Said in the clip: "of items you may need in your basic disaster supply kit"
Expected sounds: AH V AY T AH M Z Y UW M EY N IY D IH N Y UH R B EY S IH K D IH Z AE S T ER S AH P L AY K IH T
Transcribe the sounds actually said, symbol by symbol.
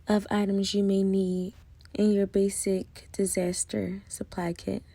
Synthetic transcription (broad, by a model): AH V AY T AH M Z Y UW M EY N IY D IH N Y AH R B EY S IH K D IH Z AE S T ER S AH P L AY K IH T